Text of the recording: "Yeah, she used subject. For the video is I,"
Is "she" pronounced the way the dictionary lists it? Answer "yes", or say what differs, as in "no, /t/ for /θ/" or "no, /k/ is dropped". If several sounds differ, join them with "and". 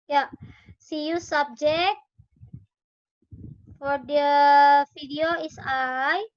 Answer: no, /s/ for /ʃ/